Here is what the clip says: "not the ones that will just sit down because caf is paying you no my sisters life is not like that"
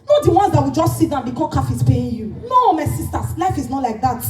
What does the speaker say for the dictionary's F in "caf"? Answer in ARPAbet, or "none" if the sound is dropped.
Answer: F